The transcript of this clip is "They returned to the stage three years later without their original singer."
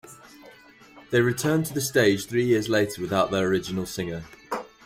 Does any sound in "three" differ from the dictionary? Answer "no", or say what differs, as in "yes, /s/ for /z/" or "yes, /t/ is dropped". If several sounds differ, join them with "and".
no